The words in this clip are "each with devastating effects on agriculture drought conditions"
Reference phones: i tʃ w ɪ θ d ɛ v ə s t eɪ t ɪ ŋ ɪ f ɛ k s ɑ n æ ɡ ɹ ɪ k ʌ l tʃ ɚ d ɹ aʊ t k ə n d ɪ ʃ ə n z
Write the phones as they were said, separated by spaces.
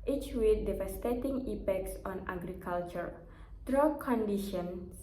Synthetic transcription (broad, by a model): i tʃ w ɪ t d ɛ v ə s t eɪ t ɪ ŋ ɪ p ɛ k s ɑ n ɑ ɡ ɹ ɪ k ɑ l tʃ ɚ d ɹ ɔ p k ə n d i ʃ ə n